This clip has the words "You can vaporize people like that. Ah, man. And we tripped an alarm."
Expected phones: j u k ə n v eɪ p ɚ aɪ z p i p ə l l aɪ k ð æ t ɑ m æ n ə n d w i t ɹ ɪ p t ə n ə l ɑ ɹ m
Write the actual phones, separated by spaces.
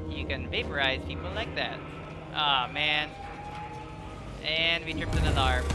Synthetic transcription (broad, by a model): j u k ə n v eɪ p ɚ aɪ z p i p l l aɪ k ð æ t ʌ m æ n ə n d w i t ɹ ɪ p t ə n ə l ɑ ɹ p